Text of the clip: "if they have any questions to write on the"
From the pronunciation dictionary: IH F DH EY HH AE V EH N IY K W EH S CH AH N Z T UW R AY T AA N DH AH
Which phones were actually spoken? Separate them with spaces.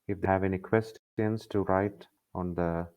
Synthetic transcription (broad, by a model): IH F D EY HH AE V EH N IY K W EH S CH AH N S T UW R AY T AA N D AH